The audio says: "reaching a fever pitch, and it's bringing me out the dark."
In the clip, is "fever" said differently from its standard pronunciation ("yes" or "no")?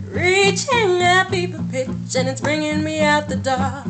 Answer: yes